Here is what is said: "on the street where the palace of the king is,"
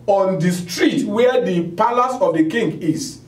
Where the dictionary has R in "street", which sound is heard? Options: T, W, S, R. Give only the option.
R